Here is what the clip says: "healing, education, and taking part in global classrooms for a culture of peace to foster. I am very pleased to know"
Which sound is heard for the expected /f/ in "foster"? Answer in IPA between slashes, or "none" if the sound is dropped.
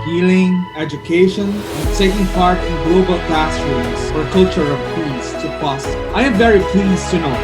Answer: /p/